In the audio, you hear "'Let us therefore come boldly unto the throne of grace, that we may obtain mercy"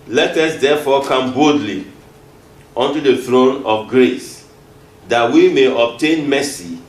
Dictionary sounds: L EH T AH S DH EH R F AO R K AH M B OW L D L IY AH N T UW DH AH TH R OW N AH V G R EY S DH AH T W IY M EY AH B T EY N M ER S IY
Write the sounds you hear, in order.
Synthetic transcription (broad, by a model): L EH T AH S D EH F AO K AH M B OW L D L IY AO N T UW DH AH TH R OW N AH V G R EY S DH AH T W IY M EY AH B T EY N M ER S IY